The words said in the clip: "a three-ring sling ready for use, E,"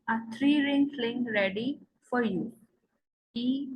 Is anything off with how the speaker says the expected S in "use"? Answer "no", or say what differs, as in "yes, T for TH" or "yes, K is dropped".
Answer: yes, S is dropped